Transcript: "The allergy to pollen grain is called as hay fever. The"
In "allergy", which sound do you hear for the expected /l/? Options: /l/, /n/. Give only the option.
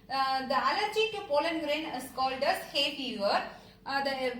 /l/